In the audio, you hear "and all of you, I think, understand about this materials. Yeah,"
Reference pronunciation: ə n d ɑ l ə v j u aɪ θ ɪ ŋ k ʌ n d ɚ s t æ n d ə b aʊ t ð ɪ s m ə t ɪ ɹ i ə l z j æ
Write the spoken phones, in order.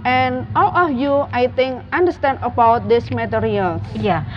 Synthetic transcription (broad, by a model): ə n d ɑ l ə f j u aɪ t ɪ ŋ k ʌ n d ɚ s t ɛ n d ə b aʊ t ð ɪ s m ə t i ɹ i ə l j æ